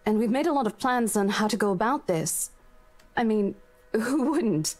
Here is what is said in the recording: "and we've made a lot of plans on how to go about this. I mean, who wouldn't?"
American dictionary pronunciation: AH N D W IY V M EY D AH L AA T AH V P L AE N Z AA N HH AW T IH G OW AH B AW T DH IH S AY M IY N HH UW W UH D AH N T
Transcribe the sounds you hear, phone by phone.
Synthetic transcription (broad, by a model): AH N W IY V M EY D AH L AA T AH V P L AE N Z N HH AW T IH G OW AH B AW T DH IH S AY M IY N HH UW W UH D N T